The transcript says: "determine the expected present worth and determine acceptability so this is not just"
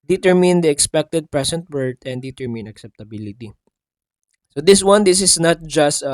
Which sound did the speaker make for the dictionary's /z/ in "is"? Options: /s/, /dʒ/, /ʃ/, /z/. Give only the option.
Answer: /s/